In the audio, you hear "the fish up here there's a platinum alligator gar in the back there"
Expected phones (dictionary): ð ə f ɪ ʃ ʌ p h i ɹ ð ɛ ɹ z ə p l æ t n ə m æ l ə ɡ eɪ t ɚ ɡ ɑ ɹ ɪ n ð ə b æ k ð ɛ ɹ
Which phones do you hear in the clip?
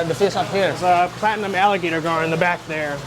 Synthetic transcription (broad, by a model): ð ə f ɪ s ʌ p h i ɹ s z ə p l æ t n ə m æ l ə ɡ eɪ t ɚ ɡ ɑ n ɪ n ð ə b æ k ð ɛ ɹ